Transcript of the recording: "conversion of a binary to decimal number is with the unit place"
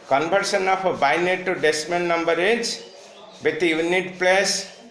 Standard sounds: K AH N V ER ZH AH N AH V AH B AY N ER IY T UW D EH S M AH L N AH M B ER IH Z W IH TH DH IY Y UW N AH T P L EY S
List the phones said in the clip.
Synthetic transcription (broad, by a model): K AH N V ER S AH N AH P AH B AY N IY T UW D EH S M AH N N AH M B ER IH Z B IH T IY Y UW N AH T P L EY S